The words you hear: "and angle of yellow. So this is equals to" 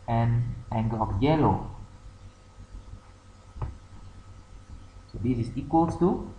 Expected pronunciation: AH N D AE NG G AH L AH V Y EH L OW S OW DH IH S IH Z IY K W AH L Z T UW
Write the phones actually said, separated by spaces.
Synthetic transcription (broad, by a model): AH N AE NG G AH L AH F Y EH L OW S OW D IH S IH S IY K W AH L S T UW